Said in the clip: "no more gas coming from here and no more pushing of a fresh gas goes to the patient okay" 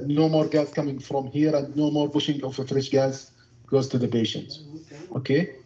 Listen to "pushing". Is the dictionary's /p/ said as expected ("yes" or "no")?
no